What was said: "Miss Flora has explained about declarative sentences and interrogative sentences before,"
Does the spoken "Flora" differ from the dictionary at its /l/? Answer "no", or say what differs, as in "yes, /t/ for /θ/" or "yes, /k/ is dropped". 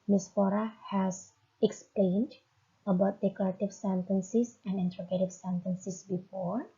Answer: yes, /l/ is dropped